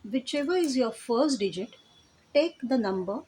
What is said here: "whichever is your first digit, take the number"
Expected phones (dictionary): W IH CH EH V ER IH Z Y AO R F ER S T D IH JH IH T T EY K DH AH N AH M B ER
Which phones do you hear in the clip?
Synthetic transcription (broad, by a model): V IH CH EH V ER IH Z Y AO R F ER S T D IH JH IH T T EY K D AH N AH M B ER